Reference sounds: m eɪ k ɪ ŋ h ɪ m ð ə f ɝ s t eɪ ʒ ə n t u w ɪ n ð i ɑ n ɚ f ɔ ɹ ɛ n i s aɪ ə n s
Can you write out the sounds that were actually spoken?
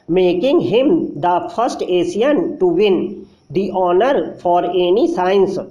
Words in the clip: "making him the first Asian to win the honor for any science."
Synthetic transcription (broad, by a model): m eɪ k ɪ ŋ h ɪ m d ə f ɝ s t eɪ s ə n t u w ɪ n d i ɑ n ɚ f ɔ ɹ ɛ n i s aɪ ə n s